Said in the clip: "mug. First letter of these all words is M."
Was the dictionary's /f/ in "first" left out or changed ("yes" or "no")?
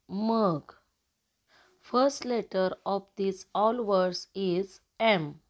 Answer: no